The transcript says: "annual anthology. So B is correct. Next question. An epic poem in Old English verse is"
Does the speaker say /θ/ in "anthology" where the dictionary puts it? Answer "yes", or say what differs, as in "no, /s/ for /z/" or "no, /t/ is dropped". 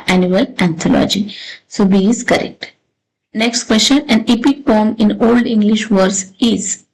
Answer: no, /t/ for /θ/